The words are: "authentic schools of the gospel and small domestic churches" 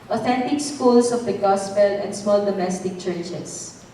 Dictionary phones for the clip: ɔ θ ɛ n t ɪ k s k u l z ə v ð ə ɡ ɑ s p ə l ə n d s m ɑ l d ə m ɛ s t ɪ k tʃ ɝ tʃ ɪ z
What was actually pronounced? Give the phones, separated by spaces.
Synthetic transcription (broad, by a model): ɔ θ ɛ n t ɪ k s k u l s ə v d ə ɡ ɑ s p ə l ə n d s m ɑ l d ə m ɛ s t ɪ k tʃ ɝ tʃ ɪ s